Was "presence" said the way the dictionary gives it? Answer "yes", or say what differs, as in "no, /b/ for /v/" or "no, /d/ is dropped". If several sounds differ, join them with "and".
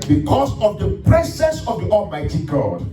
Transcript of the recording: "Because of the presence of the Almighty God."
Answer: no, /s/ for /z/ and /n/ is dropped